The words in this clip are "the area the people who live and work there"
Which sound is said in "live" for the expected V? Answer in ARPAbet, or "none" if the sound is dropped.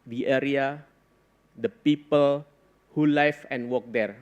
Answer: F